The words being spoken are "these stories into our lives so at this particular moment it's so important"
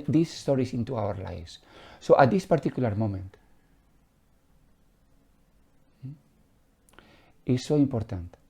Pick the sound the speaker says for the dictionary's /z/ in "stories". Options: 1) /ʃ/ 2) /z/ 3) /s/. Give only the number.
3